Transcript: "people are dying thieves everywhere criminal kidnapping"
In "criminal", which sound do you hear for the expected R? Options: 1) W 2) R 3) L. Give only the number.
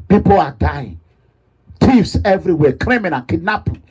3